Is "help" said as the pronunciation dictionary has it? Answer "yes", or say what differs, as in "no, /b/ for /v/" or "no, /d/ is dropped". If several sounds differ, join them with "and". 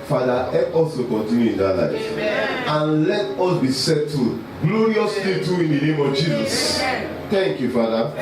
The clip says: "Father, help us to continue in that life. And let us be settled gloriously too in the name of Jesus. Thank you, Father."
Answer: no, /l/ is dropped